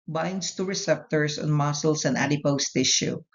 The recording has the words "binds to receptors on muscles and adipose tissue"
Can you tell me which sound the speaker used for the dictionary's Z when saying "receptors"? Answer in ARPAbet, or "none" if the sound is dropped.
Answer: S